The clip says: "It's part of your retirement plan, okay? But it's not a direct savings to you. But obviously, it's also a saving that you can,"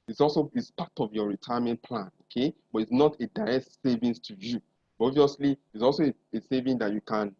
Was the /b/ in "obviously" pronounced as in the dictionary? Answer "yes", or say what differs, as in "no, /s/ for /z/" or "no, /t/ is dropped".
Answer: no, /b/ is dropped